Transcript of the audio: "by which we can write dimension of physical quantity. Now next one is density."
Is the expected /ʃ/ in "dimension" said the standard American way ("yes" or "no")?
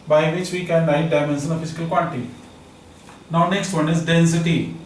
no